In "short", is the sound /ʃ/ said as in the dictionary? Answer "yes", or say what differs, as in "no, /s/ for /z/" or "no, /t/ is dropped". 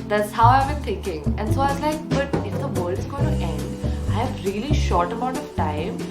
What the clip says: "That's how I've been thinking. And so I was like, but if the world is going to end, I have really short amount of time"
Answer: yes